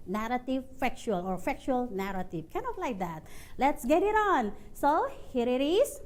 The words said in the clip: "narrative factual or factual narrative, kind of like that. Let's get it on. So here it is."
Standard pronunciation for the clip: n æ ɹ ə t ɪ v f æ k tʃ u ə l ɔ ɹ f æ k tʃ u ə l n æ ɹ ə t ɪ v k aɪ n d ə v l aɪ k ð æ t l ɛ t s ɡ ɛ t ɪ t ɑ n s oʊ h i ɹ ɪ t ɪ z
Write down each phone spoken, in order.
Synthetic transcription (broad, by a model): n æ ɹ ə t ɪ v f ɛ k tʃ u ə l ɔ ɹ f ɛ k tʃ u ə l n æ ɹ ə t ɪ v k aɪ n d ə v l aɪ k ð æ t l ɛ t s ɡ ɛ t ɪ t ɑ n s oʊ h i ɹ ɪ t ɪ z